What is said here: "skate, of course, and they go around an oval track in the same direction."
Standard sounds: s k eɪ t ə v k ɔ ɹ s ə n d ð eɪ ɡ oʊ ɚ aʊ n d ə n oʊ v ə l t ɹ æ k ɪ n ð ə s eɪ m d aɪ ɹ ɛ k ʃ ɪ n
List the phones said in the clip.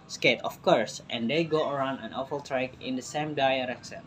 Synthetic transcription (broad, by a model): s k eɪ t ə f k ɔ ɹ s ə n d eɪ ɡ oʊ ɚ aʊ n d ə n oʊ f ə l t ɹ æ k ɪ n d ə s eɪ m d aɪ ɹ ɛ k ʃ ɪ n